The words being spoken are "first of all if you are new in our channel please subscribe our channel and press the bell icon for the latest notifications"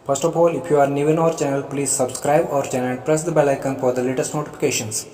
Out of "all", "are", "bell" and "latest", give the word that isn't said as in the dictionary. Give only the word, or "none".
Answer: none